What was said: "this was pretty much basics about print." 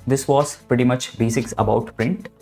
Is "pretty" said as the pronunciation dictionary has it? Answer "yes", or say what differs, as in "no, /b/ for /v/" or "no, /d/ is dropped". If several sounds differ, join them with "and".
yes